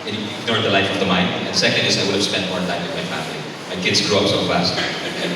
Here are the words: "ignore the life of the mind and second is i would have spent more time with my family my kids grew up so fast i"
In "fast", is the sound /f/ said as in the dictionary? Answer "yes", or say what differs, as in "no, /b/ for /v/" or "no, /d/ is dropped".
yes